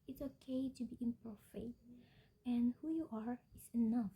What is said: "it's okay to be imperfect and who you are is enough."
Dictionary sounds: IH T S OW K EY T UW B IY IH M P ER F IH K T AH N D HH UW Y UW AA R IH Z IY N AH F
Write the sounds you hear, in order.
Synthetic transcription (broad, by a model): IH T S OW K EY T UW B IY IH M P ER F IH T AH N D HH UW Y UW AA R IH S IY N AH F